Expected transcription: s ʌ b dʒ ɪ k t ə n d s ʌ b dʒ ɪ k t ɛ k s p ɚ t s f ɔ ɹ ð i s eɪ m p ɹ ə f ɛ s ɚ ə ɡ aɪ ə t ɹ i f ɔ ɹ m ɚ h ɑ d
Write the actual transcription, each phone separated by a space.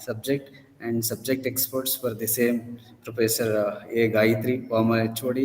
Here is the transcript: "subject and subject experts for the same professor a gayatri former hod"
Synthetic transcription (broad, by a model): s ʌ b dʒ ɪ k t ə n d s ʌ b dʒ ɪ k t ɛ k s p ɚ t s f ɔ ɹ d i s eɪ m p ɹ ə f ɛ s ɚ ə ɡ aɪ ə t ɹ i p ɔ m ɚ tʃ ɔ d